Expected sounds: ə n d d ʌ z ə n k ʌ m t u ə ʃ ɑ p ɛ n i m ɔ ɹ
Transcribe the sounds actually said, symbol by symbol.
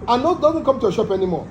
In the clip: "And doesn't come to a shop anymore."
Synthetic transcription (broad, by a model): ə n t d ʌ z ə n k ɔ m t u ə ʃ ɑ p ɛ n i m ɔ